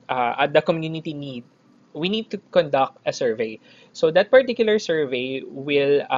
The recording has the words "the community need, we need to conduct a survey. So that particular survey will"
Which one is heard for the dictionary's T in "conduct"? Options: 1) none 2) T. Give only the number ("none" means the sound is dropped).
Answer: 2